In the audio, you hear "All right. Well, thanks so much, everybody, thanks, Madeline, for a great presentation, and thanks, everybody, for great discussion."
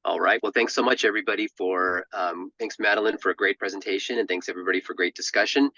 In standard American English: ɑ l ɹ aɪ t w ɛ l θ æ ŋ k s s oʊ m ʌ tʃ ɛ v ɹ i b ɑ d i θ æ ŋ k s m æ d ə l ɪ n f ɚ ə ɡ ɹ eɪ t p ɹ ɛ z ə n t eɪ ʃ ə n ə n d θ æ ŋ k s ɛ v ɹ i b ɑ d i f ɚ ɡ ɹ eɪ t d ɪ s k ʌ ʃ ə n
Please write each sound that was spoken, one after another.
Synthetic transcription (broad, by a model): ɑ l ɹ aɪ t w ɛ l θ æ ŋ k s s oʊ m ʌ tʃ ɛ v ɹ i b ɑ d i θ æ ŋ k s m æ d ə l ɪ n f ɚ ə ɡ ɹ eɪ t p ɹ ɛ z ə n t eɪ ʃ ə n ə n θ æ ŋ k s ɛ v ɹ i b ɑ d i f ɚ ɡ ɹ eɪ t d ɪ s k ʌ ʃ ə n